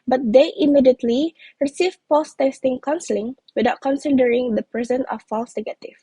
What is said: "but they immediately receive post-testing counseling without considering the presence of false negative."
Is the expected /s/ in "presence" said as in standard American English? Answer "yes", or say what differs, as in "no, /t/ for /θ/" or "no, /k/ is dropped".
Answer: no, /s/ is dropped